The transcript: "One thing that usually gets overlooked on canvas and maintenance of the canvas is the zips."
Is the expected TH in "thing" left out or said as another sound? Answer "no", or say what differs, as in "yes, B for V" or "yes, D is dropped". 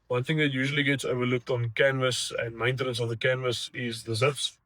no